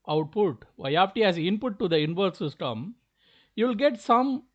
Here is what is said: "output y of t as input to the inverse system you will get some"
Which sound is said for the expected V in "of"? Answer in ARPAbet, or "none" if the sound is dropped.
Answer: P